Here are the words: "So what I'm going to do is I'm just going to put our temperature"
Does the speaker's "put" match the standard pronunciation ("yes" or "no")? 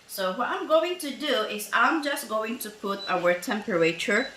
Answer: yes